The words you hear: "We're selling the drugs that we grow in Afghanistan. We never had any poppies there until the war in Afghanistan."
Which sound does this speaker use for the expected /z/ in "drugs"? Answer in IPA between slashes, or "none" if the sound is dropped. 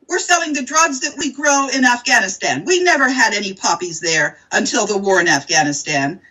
/z/